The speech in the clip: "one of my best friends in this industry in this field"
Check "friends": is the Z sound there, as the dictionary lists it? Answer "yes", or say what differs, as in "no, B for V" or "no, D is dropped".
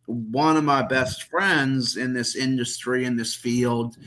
yes